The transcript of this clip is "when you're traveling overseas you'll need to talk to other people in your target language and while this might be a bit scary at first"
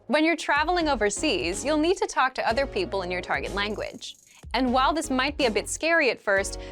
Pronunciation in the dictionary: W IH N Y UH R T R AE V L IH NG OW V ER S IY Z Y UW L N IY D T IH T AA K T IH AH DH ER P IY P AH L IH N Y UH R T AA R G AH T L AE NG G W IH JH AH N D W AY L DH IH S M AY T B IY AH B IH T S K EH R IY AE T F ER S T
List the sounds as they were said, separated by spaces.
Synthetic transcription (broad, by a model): W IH N Y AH R T R AE V L IH NG OW V ER S IY Z Y UW L N IY D T IH T AA K T IH AH DH ER P IY P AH L IH N Y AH R T AA R G AH T L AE NG G W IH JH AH N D W AY L DH IH S M AY T B IY AH B IH T S K EH R IY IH T F ER S T